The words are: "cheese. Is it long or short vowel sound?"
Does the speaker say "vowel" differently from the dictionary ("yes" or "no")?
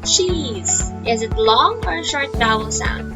yes